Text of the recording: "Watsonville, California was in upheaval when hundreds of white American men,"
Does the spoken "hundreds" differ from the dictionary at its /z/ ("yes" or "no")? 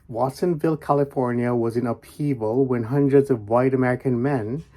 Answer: no